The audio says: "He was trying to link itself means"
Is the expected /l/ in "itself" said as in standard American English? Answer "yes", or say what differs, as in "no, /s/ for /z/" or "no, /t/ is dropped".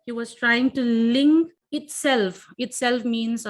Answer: yes